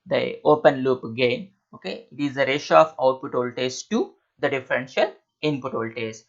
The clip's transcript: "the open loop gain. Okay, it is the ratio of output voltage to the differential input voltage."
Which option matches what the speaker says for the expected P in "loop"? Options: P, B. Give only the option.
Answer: P